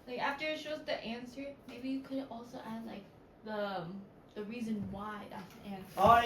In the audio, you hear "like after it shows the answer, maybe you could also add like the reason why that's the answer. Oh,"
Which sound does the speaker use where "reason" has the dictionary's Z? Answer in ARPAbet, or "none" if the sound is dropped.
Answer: Z